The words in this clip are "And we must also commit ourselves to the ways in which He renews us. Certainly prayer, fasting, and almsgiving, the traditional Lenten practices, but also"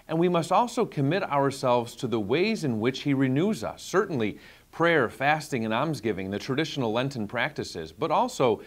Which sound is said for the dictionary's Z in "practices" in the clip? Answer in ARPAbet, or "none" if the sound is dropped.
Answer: Z